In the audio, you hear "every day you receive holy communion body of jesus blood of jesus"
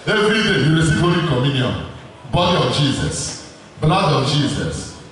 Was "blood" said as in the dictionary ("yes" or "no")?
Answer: no